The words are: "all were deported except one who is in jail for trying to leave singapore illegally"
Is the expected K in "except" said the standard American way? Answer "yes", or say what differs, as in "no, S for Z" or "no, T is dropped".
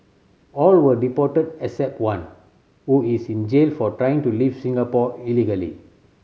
no, K is dropped